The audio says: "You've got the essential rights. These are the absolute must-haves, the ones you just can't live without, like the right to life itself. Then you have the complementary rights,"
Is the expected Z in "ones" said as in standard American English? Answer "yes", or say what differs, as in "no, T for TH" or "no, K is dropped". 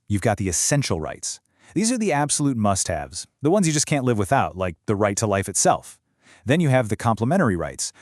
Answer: yes